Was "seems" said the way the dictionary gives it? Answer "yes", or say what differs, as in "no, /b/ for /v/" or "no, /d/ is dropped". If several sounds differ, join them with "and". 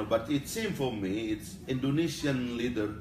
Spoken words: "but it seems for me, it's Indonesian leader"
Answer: no, /z/ is dropped